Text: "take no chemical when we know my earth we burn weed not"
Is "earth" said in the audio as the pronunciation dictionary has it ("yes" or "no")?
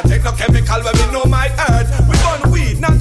no